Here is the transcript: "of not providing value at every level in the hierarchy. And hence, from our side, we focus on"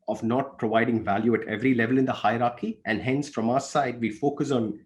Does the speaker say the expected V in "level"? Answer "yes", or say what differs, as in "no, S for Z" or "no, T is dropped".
yes